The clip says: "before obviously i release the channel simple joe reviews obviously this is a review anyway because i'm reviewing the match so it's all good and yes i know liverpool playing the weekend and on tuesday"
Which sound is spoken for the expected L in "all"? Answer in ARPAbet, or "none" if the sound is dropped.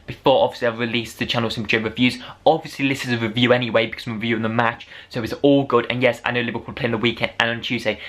L